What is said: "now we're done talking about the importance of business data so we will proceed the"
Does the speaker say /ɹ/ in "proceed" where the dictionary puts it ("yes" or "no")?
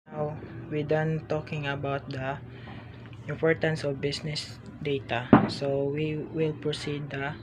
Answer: yes